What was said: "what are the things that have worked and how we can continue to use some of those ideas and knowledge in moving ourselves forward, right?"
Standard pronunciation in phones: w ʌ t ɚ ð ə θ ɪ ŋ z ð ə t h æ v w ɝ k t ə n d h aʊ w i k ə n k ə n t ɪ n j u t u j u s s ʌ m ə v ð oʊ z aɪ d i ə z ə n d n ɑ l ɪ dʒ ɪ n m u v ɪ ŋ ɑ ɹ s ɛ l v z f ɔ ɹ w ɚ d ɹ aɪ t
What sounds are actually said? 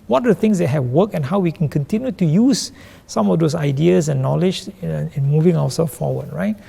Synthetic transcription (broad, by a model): w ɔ t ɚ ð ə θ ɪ ŋ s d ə t h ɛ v w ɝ k ə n h aʊ w i k ə n k ə n t ɪ n j u t u j u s s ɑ m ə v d oʊ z aɪ d i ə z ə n n ɑ l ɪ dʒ ɪ n m u v ɪ ŋ ɑ w s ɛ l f f ɔ w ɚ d ɹ aɪ t